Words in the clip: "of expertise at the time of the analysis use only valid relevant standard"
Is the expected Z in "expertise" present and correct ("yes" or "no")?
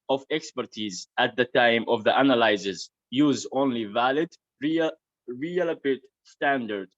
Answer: yes